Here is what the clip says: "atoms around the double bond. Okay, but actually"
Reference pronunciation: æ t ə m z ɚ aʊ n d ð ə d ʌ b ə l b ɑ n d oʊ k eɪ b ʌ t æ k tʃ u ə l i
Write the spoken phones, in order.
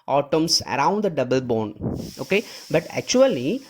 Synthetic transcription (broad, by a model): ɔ t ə m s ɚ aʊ n d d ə d ʌ b ə l b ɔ n oʊ k eɪ b ʌ t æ k tʃ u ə l i